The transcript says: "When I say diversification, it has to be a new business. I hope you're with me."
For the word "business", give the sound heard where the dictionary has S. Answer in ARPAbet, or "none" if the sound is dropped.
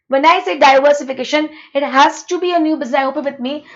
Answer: none